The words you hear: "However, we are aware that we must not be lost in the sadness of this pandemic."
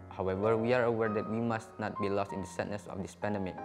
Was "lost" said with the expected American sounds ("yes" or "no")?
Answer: yes